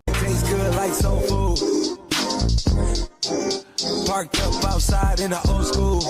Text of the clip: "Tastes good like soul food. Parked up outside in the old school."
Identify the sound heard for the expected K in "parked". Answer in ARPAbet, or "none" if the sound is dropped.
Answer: K